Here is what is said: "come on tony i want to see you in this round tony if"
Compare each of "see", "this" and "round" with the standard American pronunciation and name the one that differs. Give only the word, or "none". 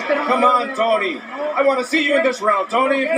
none